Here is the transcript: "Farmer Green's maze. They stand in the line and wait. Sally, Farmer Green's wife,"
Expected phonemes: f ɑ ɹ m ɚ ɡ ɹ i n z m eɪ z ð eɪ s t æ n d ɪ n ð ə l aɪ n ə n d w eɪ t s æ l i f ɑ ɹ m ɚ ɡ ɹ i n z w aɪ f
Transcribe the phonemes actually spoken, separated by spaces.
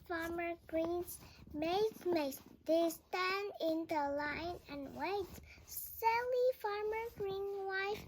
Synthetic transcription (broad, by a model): f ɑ ɹ m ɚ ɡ ɹ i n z m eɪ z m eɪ s t æ n d ɪ n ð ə l aɪ n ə n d w eɪ t s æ l i f ɑ ɹ m ɚ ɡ ɹ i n w aɪ f